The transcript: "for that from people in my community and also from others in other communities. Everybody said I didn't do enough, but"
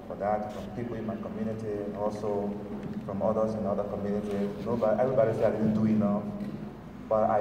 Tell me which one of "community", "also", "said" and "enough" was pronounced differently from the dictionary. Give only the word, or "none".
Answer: said